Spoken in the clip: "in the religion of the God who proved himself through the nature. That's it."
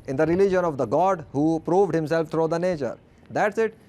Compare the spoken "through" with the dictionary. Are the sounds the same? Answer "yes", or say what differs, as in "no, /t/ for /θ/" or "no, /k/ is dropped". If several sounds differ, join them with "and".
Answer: no, /t/ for /θ/